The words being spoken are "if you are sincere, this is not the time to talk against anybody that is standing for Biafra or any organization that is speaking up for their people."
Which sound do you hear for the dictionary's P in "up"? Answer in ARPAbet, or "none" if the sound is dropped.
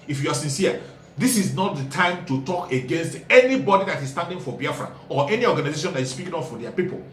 F